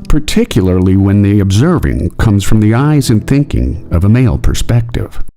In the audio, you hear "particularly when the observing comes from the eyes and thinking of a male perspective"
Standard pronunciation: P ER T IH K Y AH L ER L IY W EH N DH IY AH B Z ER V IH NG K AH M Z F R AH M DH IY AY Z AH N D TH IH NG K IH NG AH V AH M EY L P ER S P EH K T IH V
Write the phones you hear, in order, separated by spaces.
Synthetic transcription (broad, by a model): P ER T IH K Y L ER L IY W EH N DH IY AH B Z ER V IH NG K AH M Z F R AH M DH IY AY Z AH N TH IH NG K IH NG AH V AH M EY L P ER S P EH K T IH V